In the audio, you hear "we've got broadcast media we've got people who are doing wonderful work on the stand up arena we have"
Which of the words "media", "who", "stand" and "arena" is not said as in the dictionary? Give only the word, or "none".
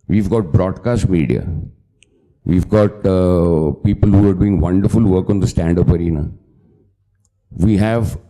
none